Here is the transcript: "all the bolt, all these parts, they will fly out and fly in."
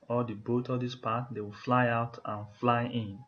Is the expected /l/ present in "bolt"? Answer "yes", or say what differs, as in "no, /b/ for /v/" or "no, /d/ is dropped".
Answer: no, /l/ is dropped